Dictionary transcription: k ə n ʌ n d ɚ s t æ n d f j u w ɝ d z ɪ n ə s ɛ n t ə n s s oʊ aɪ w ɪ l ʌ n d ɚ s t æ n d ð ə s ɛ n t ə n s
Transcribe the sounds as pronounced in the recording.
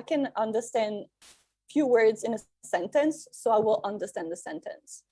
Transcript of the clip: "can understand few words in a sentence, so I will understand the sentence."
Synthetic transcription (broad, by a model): k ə n ʌ n d ɚ s t æ n d f j u w ɝ d z ɪ n ə s ɛ n t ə n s s oʊ aɪ w ɪ l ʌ n d ɚ s t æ n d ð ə s ɛ n t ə n s